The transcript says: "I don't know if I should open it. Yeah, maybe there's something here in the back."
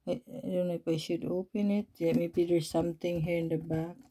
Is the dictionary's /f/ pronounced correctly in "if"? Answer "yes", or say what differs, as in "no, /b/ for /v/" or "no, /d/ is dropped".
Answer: no, /p/ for /f/